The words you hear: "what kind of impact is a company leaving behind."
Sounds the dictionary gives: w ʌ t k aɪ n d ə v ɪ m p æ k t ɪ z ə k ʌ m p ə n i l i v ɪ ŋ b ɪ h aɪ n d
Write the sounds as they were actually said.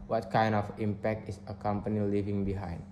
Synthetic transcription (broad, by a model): w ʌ t k aɪ n d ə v ɪ m p æ k t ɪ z ə k ʌ m p ə n i l i v ɪ ŋ b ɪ h aɪ n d